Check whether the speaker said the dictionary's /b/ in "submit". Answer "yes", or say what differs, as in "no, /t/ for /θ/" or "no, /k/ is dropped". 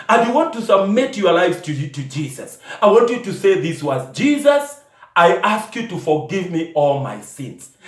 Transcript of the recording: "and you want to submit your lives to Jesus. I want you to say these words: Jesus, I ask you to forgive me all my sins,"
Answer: yes